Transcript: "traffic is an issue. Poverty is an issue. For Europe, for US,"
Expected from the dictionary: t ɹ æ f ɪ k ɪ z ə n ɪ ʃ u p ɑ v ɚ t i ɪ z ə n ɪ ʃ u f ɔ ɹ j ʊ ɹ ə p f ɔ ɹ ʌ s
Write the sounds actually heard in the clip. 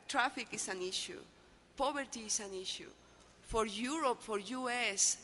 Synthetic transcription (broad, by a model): t ɹ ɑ f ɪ k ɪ s ə n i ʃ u p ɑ b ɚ t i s ə n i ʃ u f ɔ ɹ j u ɹ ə p f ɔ ɹ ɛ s